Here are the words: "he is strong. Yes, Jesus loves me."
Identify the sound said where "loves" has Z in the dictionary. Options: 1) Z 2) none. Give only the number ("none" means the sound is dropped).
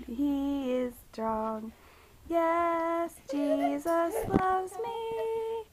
1